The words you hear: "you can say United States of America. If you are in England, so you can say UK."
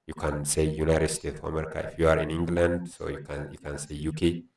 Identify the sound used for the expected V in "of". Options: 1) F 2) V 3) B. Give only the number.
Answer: 1